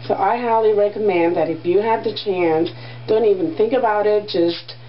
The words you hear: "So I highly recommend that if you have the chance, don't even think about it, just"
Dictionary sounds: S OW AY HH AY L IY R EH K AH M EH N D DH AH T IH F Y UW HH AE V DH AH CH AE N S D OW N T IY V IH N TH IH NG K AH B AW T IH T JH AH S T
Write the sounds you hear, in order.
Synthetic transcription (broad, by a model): S OW AY HH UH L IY R EH K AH M EH N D DH AH T IH F Y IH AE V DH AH CH AE N S D OW N T IY V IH N TH IH NG K AH B AW T IH T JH AH S T